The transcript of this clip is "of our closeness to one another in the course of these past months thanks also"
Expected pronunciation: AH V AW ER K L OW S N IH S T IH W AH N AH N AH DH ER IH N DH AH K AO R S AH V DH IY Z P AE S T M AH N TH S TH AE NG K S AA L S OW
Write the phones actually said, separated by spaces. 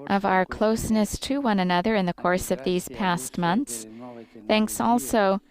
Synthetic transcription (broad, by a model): AH V AW ER K L OW S N IH S T IH W AH N AH N AH DH ER IH N DH AH K AO R S AH V DH IY Z P AE S T M AH N TH S TH AE NG K S AA L S OW